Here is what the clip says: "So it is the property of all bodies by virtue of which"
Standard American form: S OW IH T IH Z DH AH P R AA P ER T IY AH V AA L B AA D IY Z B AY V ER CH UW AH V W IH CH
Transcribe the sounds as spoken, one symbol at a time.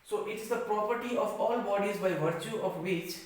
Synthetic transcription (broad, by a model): S OW IH T IH Z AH P R AA P ER T IY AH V AA L B AA D IY Z B AY V ER CH UW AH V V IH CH